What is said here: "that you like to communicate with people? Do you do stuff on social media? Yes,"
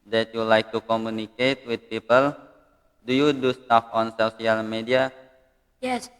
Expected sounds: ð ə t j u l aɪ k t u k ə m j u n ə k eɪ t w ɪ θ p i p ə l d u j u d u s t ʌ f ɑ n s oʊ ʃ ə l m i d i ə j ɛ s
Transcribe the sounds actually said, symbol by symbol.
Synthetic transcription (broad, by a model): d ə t j u l aɪ k t u k ə m j u n ə k eɪ t w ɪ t p i p ə l d u j u d u s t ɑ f ɑ n s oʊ s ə l m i d i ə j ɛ s